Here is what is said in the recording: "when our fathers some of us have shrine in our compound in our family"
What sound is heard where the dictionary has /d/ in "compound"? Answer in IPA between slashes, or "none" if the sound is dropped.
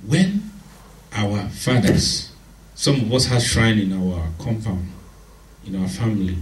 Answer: none